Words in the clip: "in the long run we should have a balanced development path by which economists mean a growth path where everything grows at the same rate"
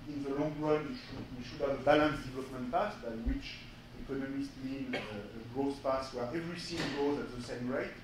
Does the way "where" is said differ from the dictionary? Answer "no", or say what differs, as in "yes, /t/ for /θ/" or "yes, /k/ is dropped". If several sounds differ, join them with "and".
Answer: no